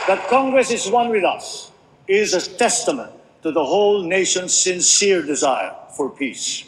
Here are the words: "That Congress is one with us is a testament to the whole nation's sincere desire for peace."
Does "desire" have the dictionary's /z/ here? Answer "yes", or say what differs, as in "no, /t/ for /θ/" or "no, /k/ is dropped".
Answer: yes